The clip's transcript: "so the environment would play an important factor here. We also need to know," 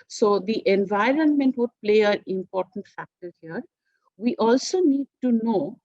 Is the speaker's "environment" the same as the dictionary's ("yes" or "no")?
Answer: yes